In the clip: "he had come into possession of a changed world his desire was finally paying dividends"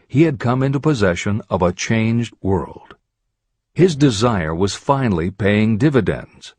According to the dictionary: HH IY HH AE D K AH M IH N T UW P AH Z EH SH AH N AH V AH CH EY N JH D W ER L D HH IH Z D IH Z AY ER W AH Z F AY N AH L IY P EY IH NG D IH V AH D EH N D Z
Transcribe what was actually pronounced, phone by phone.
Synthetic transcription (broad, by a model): HH IY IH D K AH M IH N T UW P AH Z EH SH AH N AH V AH CH EY N JH D W ER L D HH IH Z D IH Z AY ER W AH Z F AY N L IY P EY IH NG D IH V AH D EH N D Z